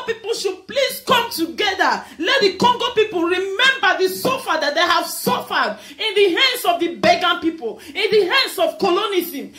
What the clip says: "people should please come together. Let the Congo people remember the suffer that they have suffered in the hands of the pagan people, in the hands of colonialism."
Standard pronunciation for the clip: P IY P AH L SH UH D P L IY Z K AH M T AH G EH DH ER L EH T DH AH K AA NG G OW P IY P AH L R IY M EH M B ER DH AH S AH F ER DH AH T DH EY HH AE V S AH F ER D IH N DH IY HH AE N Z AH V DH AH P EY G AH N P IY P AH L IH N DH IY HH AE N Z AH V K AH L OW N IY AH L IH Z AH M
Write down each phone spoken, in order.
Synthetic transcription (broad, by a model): P IY P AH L SH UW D P L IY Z K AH M T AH G EH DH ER L EH T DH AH K AA NG G OW P IY P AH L R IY M EH M B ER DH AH S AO F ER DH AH T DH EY HH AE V S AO F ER D IH N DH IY HH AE N S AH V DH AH B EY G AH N P IY P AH L IH N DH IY HH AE N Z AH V K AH L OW N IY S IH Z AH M